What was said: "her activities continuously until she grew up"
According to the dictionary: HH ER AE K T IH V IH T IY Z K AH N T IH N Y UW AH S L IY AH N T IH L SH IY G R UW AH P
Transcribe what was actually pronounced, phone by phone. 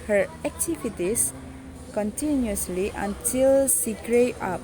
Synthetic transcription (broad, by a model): HH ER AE K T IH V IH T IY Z K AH N T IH N Y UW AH S L IY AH N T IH L S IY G R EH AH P